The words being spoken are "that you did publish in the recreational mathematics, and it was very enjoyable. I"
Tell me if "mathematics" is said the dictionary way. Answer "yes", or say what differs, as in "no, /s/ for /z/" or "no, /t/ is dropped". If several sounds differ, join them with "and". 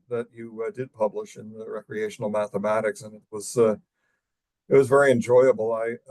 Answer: yes